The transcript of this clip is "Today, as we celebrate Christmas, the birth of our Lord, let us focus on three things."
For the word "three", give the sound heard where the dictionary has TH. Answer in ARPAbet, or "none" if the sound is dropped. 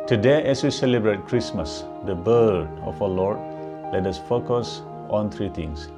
T